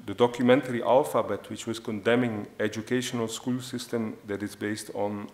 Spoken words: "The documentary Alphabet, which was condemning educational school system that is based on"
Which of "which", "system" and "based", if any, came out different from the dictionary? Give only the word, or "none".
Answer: none